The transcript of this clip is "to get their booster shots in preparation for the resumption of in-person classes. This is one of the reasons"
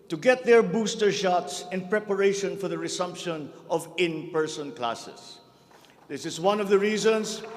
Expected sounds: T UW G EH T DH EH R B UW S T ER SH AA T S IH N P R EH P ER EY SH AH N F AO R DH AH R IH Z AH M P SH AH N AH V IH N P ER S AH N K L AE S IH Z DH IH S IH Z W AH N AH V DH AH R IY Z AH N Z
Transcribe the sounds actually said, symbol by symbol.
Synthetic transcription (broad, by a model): T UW G EH T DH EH R B UW S T ER SH AA T S IH N P R EH P ER EY SH AH N F AO R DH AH R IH S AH M P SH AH N AH V IH N P ER S AH N K L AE S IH S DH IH S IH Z W AH N AH V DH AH R IY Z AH N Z